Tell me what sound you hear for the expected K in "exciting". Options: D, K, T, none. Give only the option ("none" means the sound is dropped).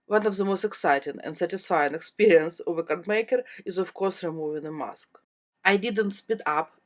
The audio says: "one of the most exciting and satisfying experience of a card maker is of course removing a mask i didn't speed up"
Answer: K